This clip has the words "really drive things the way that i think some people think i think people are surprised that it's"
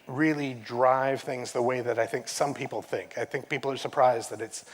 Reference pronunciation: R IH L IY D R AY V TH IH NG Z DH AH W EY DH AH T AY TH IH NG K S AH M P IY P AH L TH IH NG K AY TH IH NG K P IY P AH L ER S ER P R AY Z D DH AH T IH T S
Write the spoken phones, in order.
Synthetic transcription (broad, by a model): R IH L IY D R AY V TH IH NG Z DH AH W EY DH AH T AY TH IH NG K S AH M P IY P L TH IH NG K AY TH IH NG K P IY P L ER S ER P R AY Z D DH AH T IH T S